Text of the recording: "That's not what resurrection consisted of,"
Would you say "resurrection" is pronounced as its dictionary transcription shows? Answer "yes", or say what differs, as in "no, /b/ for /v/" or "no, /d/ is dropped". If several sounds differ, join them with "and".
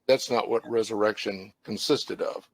yes